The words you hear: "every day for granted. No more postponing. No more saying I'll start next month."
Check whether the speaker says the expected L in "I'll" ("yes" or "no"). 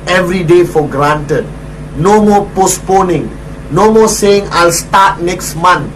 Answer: yes